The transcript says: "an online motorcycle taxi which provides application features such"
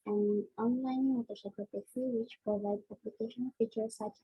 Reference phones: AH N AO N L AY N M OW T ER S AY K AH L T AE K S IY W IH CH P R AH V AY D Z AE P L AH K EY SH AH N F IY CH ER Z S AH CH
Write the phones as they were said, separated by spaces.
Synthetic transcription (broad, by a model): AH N AO N L AY N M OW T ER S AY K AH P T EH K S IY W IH CH P R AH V AY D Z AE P L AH K EY SH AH N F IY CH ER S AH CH